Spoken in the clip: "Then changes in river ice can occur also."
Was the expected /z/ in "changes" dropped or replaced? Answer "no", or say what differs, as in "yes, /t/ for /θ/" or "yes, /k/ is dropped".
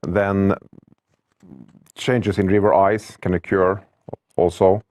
yes, /s/ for /z/